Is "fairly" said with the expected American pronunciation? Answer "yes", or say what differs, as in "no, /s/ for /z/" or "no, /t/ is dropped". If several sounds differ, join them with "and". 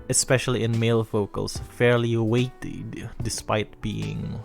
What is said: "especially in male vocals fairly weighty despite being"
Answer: yes